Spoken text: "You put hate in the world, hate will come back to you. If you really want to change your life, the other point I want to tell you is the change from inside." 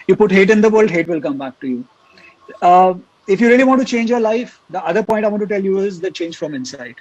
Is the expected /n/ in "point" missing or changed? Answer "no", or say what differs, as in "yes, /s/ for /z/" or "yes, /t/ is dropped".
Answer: yes, /n/ is dropped